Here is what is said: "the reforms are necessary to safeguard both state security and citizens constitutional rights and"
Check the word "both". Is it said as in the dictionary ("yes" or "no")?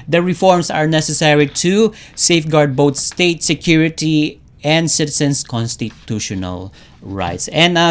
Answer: no